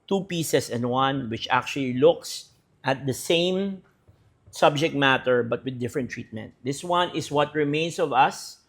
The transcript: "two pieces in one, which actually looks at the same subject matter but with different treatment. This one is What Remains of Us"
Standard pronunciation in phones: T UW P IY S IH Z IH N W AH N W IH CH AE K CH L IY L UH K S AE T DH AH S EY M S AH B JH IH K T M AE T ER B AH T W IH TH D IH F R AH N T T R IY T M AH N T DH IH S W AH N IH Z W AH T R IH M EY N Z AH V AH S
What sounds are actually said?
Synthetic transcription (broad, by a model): T UW P IY S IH S IH N W AH N W IH CH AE K CH L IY L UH K S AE T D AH S EY M S AH B JH IH K T M AE T ER B AH T W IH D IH F R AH N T T R IY T M AH N T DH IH S W AH N IH S W AH T R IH M EY N S AH V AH S